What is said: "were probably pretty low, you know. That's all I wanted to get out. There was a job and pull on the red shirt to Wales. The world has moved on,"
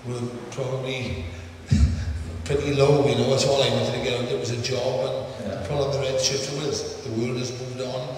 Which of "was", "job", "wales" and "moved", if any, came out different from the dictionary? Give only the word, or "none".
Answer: wales